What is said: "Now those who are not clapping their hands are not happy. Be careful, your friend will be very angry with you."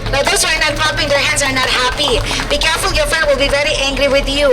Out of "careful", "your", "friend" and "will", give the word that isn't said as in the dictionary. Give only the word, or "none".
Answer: friend